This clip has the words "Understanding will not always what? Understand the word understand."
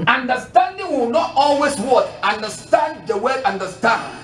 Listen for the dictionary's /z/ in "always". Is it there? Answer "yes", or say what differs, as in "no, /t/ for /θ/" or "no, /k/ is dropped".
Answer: no, /s/ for /z/